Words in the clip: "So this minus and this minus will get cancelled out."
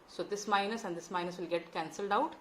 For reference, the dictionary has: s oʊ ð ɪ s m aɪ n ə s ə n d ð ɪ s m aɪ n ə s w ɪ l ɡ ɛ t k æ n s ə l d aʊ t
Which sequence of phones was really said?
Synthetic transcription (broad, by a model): s oʊ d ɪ s m aɪ n ə s ə n d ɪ s m aɪ n ə s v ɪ l ɡ ɛ t k æ n s ə l d aʊ t